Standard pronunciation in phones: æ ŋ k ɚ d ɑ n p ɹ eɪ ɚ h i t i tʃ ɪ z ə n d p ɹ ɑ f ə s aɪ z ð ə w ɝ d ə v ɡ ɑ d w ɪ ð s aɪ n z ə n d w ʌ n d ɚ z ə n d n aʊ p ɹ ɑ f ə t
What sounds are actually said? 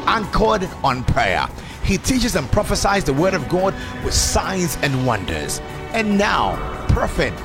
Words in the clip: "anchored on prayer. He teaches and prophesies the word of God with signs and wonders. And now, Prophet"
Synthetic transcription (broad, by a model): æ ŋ k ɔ d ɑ n p ɹ eɪ ɚ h i t i tʃ ɪ z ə n p ɹ ɑ f ə s aɪ z ð ə w ɝ d ə v ɡ ɑ d w ɪ ð s aɪ n z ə n w ʌ n d ɚ z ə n n aʊ p ɹ f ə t